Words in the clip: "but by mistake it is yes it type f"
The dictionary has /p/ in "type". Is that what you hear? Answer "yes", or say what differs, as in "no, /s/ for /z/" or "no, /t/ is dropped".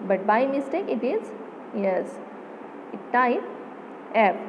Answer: no, /p/ is dropped